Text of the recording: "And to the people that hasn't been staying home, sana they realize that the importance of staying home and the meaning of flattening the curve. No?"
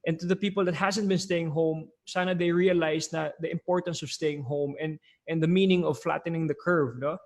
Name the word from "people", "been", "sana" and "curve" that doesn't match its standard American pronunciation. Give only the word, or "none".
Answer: none